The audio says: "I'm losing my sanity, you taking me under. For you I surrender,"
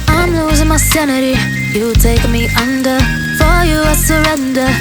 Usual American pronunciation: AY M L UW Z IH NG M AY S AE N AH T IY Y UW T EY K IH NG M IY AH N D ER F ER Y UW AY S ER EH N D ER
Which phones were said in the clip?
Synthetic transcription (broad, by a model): AY M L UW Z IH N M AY S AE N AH T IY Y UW T EY IH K M IY AH N D ER F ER Y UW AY S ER EH N D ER